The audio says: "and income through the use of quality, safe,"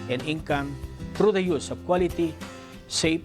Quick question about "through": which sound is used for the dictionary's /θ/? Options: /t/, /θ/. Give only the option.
/t/